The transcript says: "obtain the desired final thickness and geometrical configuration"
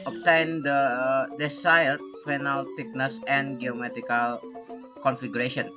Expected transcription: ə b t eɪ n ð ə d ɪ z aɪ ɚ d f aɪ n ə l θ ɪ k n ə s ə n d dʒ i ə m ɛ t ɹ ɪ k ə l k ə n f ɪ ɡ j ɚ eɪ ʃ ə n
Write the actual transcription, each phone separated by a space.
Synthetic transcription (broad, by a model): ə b t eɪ n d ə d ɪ s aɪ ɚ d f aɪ n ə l t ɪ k n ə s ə n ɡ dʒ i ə m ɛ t ɪ k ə l k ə n f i ɡ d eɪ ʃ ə n